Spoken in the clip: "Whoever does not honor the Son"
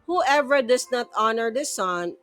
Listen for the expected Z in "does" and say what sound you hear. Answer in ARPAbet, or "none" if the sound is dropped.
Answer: S